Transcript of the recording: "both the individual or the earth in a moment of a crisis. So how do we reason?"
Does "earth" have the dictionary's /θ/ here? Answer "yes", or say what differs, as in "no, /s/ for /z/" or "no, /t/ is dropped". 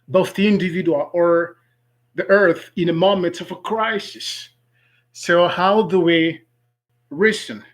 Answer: yes